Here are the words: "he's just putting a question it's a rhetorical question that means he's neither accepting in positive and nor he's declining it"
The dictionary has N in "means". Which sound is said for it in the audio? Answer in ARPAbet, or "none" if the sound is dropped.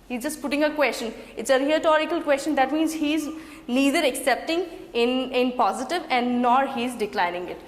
N